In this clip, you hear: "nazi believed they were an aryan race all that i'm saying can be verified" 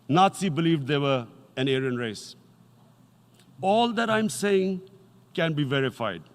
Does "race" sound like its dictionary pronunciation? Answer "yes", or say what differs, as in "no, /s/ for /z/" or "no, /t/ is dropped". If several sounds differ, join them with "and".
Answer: yes